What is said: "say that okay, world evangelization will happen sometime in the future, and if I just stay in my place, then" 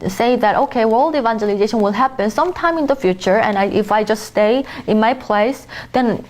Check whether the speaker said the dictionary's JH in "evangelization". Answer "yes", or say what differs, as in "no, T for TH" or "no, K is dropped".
yes